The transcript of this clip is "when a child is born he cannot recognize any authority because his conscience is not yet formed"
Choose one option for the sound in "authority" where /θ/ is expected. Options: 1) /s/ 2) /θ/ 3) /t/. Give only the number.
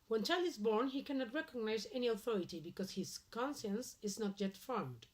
2